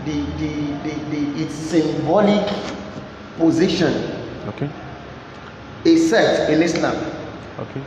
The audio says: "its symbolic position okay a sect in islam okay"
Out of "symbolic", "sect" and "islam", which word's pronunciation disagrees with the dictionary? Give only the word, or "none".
sect